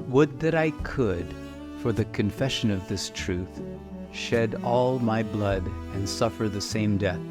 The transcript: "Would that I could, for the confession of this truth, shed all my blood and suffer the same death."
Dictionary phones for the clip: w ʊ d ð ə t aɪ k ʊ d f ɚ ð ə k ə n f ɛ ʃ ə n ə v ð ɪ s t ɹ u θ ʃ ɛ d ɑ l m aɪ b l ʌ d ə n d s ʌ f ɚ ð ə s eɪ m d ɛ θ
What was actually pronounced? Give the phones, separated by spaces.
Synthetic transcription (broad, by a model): w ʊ d ð ə t aɪ k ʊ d f ɚ ð ə k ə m f ɛ ʃ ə n ə v ð ɪ s t ɹ u θ ʃ ɛ d ɑ l m aɪ b l ʌ d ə n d s ʌ f ɚ ð ə s eɪ m d ɛ θ